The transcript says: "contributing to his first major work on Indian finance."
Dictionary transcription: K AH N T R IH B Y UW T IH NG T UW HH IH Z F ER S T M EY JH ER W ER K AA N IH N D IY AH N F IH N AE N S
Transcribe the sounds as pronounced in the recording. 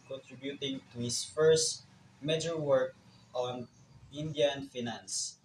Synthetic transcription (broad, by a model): K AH N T R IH B Y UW T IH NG T UW HH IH S F ER S T M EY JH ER W ER K AA N IH N D IY AH N F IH N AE N S